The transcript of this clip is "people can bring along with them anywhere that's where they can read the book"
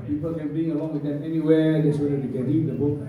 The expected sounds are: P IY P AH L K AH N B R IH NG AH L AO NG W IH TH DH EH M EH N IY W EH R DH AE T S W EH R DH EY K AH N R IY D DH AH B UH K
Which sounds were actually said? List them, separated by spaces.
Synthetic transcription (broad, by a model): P IY P AH L K AH N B IY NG AH L AO NG W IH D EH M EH N IY W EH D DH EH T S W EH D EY K AH N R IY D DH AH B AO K